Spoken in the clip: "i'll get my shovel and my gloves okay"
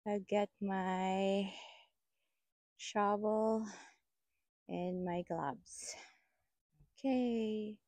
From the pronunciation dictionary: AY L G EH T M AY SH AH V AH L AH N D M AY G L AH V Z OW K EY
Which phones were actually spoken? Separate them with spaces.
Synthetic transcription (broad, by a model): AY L G EH T M AY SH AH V L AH N M AY G L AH B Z OW K EY